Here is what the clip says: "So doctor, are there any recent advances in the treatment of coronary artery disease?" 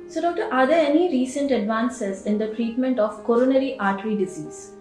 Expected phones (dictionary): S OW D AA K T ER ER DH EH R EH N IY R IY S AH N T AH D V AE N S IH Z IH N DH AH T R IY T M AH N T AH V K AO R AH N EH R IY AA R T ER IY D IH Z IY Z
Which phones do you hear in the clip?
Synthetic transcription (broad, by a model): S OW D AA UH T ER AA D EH R EH N IY R IY S AH N T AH D V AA N S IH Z IH N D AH T R IY T M AH N T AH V K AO R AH N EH R IY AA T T IY D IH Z IY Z